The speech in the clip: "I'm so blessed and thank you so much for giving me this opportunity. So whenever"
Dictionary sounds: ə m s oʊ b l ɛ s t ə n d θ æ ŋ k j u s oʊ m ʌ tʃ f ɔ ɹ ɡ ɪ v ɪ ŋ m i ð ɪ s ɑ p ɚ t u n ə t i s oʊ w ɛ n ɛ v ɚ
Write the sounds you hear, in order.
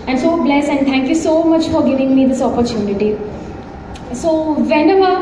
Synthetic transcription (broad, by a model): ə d s oʊ b l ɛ s ə n d t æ ŋ k j u s oʊ m ʌ tʃ f ɔ ɹ ɡ ɪ v ɪ ŋ m i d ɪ s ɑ p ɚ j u n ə t i s oʊ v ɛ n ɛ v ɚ